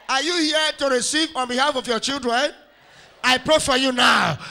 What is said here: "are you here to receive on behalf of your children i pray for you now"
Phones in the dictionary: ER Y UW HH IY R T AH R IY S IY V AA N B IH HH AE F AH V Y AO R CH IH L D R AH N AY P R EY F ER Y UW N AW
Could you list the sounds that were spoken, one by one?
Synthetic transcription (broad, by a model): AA Y UW HH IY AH T AH R IY S IY V AA N B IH HH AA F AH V Y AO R CH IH L D R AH N AY P R EY F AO Y UW N AW